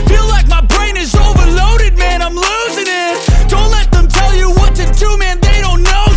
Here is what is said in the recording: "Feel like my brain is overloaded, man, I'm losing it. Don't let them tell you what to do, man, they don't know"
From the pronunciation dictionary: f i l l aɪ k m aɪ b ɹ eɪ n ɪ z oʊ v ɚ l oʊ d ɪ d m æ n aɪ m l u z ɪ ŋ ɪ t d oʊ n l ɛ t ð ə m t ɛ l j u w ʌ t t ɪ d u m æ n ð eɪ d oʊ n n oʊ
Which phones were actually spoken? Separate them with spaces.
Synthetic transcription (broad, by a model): f i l l aɪ k m aɪ b ɹ eɪ n ɪ z oʊ v ɚ l oʊ d ɪ d m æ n aɪ m l u z ɪ ŋ ɪ t d oʊ n l ɛ t ð ə m t ɛ l j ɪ w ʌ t t ɪ d u m æ n ð eɪ d oʊ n n oʊ